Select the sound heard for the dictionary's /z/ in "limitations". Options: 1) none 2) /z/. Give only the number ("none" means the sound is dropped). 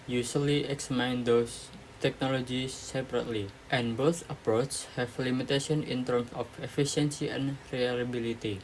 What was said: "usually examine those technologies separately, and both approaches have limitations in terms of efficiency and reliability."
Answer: 1